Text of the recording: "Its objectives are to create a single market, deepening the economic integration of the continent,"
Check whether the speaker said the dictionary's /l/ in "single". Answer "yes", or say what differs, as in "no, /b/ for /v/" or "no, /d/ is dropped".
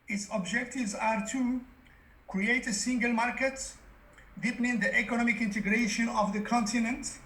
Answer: yes